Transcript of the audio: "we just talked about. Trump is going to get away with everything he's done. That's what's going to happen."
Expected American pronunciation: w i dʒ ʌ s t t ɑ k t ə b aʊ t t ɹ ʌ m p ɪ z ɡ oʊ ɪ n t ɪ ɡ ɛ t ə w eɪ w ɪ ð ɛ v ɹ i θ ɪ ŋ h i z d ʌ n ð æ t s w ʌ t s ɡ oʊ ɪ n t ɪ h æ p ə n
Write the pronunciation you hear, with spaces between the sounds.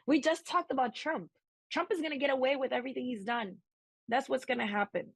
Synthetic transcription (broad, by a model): w i dʒ ʌ s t t ɑ k t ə b aʊ t t ɹ ʌ m p ɪ z ɡ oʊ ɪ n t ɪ ɡ ɛ t ə w eɪ w ɪ ð ɛ v ɹ i θ ɪ ŋ h i z d ʌ n ð æ t s w ʌ t s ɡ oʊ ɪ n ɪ h æ p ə n